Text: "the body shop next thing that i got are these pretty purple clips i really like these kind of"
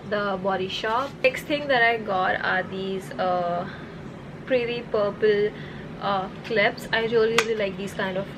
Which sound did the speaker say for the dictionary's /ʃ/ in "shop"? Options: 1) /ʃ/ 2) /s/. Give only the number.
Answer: 1